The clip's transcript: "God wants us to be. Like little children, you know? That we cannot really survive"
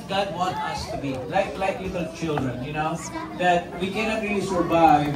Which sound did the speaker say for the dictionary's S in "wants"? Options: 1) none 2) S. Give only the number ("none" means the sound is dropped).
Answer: 1